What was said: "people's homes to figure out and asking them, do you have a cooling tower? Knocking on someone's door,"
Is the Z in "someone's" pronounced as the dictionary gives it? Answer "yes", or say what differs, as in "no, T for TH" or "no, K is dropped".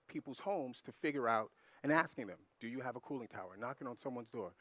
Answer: yes